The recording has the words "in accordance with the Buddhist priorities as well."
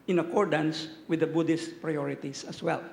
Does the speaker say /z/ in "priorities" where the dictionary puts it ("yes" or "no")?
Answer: no